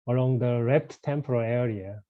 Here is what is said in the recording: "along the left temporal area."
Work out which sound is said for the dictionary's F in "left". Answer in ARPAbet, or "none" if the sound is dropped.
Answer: P